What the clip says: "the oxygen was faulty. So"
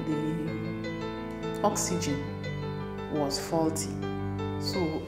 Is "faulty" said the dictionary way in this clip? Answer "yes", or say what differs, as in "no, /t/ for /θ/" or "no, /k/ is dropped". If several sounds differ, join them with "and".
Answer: yes